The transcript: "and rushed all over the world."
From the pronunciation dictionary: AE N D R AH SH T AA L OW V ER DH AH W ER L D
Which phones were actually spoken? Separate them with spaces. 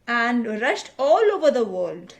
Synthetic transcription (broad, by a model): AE N D R AH SH T AA L OW V ER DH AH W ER L D